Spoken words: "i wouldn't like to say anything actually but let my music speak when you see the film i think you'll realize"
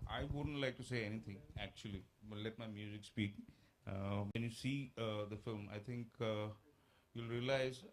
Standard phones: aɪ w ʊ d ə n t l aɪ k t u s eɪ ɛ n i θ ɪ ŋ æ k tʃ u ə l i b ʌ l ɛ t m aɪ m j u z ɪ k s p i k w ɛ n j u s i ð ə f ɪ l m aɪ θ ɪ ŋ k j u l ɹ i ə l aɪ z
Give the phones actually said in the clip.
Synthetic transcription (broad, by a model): aɪ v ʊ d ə n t l aɪ k t u s eɪ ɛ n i t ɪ ŋ æ k tʃ u ə l i l ɛ t m aɪ m j u z ɪ k s p i k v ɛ n j u s i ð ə f ɪ l m aɪ t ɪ ŋ k j u l ɹ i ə l aɪ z